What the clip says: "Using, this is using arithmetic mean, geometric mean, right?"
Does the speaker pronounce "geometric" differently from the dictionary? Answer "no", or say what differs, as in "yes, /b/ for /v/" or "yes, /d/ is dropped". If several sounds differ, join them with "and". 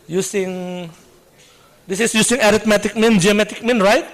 yes, /ɹ/ is dropped